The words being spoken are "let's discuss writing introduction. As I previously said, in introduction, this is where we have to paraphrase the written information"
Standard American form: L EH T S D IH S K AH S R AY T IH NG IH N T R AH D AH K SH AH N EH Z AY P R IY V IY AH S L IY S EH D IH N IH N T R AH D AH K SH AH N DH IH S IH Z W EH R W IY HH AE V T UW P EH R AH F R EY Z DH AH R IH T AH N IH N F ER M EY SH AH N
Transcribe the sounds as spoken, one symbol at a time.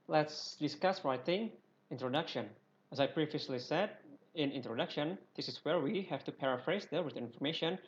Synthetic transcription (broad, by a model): L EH T S D IH S K AH S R AY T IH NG IH N T R AH D AH K SH AH N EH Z AY P R IY V IY AH S L IY S EH D IH N IH N T R AH D AH K SH AH N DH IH S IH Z W EH R W IY HH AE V T UW P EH R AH F R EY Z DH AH W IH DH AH IH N F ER M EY SH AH N